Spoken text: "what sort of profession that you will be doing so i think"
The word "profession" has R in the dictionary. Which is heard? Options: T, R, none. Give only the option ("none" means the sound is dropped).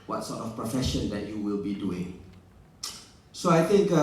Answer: R